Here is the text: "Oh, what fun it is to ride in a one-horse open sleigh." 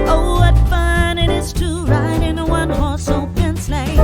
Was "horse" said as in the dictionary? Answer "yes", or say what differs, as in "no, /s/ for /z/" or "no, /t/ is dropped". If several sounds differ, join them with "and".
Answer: no, /l/ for /ɹ/